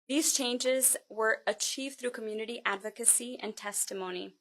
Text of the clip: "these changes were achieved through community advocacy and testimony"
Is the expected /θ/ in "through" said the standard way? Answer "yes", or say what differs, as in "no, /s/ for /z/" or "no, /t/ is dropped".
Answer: yes